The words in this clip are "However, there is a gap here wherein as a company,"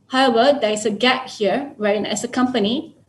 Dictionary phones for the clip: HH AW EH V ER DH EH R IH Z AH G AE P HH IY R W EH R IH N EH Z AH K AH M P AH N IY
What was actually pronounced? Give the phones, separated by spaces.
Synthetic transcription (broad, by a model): HH AW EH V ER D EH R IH S AH G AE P HH IY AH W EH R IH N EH S AH K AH M P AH N IY